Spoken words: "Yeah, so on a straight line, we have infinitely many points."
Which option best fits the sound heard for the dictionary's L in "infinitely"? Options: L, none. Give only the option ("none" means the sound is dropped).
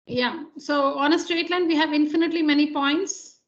L